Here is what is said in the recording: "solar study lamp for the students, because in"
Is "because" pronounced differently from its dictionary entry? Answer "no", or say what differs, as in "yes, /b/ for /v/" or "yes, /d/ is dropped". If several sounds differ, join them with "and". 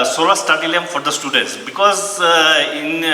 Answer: no